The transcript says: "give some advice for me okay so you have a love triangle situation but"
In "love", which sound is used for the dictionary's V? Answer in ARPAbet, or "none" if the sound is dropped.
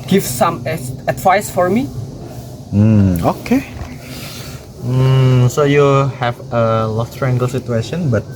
F